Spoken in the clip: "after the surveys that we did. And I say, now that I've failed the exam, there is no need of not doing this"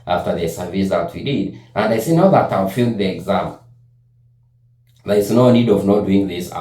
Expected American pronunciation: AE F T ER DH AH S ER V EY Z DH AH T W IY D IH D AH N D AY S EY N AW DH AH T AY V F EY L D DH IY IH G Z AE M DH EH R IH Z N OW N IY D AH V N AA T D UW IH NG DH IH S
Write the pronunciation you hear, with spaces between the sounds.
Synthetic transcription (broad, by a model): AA F T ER DH AH S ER V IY S DH AH T W IY D IH D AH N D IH S EY N AW DH AH T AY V F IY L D DH IY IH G Z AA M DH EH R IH S N OW N IY D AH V N AA T D UW IH NG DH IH S